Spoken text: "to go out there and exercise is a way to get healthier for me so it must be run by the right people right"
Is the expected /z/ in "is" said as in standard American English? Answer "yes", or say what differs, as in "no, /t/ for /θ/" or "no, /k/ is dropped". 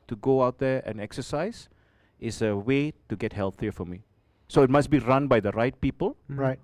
no, /s/ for /z/